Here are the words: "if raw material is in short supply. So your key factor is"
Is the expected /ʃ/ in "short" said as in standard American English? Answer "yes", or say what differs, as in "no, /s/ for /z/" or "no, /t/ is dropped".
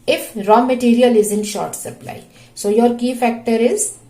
yes